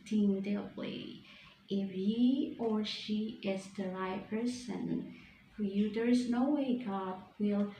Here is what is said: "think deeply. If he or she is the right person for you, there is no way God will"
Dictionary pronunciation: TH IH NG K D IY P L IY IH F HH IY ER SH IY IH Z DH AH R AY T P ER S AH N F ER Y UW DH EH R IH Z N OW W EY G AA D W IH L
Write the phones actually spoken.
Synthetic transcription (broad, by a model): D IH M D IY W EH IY IH F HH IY ER SH IY IH Z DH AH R AY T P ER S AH N F ER Y UW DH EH R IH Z N OW W EY G AA D W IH L